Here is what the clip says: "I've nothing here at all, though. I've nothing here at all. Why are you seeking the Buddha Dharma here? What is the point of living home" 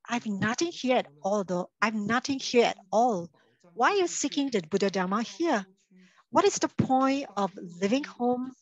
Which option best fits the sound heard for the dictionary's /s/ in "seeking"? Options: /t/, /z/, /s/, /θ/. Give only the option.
/s/